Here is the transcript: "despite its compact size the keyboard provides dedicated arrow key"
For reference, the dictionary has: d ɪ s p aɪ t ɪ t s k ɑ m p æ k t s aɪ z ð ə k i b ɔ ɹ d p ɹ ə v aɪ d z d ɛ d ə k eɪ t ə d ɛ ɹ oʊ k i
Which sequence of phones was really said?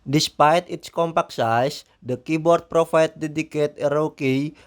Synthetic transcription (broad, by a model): d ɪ s p aɪ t ɪ t s k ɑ m p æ k s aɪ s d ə k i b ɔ ɹ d p ɹ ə f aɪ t d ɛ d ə k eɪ t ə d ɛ ɹ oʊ k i